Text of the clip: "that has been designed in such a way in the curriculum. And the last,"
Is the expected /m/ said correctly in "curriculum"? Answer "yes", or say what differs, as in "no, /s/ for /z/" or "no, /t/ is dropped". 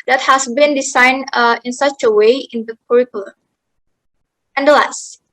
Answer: no, /m/ is dropped